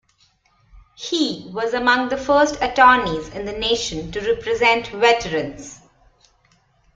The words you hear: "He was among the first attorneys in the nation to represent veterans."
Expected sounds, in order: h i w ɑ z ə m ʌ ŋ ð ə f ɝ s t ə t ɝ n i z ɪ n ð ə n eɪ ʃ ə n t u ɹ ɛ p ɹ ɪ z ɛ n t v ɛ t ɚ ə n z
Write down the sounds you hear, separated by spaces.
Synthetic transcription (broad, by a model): h i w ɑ z ə m ʌ ŋ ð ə f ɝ s t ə t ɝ n i z ɪ n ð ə n eɪ ʃ ə n t u ɹ ɛ p ɹ ɪ z ɛ n t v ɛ t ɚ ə n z